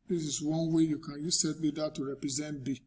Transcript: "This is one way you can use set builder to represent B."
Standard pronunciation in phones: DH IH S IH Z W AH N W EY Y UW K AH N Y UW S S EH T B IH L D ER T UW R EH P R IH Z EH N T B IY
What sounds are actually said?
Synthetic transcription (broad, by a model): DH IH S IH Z W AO N W EY Y UW K AH N Y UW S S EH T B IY D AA T UW R EH P R IH Z EH N T B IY